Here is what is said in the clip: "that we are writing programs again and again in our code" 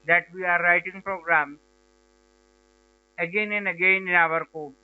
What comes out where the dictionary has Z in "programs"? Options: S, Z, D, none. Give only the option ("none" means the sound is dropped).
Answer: none